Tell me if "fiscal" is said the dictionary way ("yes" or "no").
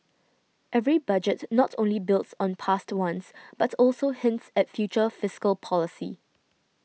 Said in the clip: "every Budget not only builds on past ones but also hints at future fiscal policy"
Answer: yes